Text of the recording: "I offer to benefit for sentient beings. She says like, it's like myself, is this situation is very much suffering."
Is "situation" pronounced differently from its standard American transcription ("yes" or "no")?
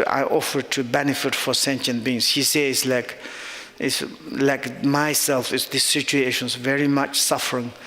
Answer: no